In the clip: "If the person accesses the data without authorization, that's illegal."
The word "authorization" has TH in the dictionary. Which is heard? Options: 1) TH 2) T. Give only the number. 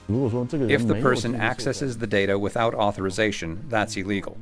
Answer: 1